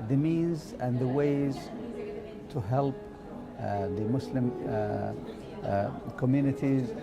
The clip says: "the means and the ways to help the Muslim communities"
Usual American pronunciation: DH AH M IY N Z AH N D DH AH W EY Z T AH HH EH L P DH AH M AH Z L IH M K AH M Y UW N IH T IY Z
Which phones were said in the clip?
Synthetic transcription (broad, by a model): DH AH M IY N Z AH N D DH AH W EY Z T AH HH EH L P DH AH M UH S L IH M K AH M Y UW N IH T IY Z